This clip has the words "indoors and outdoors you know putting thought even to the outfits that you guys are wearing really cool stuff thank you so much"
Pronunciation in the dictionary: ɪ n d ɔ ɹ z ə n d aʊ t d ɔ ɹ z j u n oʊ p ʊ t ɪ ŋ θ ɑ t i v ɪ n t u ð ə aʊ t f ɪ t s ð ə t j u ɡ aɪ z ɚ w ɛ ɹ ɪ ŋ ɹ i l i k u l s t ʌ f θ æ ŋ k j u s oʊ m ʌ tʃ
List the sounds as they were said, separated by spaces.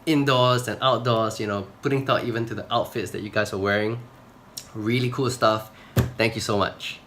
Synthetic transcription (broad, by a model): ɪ n d ɔ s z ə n aʊ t d ɔ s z j u n oʊ p ʊ t ɪ ŋ t ɑ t i v ɪ n t u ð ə aʊ t f ɪ t s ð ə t j u ɡ aɪ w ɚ w ɛ ɹ ɪ ŋ ɹ i l i k u l s t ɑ f t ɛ ŋ k j u s oʊ m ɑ tʃ